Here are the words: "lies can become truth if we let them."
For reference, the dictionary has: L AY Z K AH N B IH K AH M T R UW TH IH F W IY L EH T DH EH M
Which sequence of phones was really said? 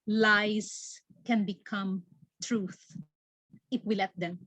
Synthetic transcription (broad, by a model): L AY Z K AH N B IH K AH M T R UW TH IH F W IY L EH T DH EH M